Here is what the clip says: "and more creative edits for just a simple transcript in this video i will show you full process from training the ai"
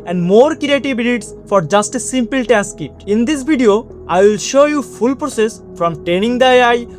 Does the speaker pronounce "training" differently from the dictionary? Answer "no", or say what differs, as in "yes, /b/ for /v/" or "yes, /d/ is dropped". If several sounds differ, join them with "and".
yes, /ɹ/ is dropped